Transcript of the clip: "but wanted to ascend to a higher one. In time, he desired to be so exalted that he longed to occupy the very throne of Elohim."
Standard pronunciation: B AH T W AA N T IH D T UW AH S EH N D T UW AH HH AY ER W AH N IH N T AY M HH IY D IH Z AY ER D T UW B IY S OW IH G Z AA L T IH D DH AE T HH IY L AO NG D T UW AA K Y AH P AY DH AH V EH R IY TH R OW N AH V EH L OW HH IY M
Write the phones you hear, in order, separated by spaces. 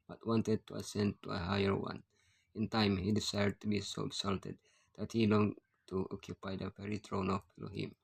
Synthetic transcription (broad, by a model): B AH T W AA N T IH D T UW AH S EH N D T UW AH HH AY ER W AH N IH N T AY M HH IY D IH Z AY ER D T UW B IY S OW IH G S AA L T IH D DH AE T HH IY L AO NG T UW AA K Y AH P AY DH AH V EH R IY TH R OW N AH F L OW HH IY M